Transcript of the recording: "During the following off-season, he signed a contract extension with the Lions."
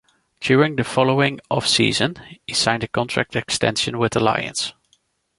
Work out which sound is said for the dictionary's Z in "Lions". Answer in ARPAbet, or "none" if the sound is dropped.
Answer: S